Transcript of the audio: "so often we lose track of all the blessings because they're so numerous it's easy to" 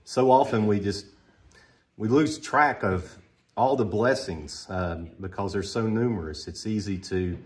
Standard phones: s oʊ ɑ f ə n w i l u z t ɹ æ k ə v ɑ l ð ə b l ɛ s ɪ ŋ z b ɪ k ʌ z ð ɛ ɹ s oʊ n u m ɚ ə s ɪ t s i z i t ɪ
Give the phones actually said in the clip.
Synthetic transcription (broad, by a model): s oʊ ɑ f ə n w i l u z t ɹ æ k ə v ɑ l ð ə b l ɛ s ɪ ŋ z b ɪ k ʌ z ð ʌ ɹ s oʊ n u m ɚ ə s ɪ t s i z i t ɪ